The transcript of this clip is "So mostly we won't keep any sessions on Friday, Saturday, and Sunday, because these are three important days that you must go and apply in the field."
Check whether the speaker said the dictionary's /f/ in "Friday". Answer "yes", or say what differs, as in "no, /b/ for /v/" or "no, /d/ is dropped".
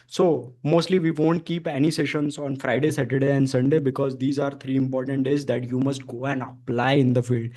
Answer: yes